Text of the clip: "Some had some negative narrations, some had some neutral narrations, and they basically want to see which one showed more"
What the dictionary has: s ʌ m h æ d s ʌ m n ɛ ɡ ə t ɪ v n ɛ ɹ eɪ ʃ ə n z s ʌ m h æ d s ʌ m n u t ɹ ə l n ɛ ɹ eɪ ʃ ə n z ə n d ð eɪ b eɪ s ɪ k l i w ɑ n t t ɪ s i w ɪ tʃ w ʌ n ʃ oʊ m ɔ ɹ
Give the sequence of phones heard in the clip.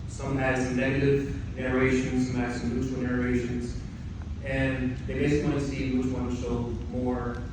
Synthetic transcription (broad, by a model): s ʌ m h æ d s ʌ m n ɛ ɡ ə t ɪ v n ɛ ɹ eɪ ʃ ə n z s ʌ m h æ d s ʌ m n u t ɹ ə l n ɛ ɹ eɪ ʃ ə n z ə n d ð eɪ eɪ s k i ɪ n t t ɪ s i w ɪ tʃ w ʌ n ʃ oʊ m ɔ ɹ